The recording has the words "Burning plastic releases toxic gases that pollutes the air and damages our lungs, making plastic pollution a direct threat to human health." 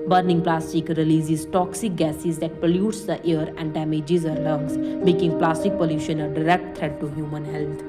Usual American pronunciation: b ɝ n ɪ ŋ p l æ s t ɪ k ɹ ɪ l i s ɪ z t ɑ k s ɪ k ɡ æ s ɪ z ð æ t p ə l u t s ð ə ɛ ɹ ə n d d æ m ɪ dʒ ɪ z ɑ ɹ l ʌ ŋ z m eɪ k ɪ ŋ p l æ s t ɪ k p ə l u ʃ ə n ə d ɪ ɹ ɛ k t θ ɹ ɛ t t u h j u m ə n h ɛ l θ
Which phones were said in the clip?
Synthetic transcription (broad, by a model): b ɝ n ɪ ŋ p l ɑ s t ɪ k ɹ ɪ l i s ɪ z t ɑ k s ɪ k ɡ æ s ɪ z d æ t p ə l u t s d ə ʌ ɹ ə n d d æ m ɪ dʒ ɪ z ɑ ɹ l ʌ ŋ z m eɪ k ɪ ŋ p l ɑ s t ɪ k p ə l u ʃ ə n ə d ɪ ɹ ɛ k t t ɹ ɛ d t u h j u m ə n h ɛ l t